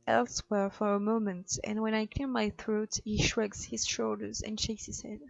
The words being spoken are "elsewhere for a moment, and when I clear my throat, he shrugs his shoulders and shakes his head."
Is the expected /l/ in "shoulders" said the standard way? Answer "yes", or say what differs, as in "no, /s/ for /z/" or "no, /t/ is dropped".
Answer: yes